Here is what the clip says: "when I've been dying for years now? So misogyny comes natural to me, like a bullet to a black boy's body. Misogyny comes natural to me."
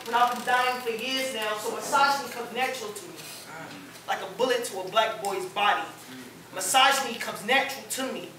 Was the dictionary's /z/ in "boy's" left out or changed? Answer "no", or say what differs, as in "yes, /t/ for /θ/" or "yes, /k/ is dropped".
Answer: no